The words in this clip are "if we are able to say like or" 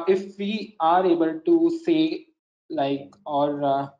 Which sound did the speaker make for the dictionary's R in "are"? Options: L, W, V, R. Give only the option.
R